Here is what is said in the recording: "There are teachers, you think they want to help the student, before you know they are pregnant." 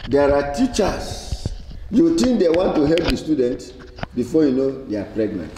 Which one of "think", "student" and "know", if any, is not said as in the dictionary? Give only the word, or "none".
think